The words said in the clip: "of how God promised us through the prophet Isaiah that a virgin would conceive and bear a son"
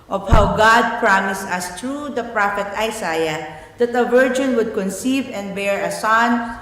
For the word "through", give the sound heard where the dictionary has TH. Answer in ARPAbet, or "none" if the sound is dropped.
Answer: T